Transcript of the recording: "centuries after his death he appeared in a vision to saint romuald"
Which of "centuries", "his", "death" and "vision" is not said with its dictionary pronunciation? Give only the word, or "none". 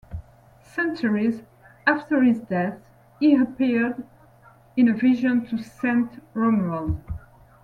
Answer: none